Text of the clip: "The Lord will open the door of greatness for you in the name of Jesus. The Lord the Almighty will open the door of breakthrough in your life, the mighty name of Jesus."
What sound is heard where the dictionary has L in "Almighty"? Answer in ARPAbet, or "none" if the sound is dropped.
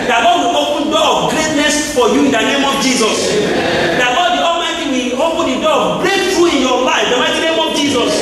none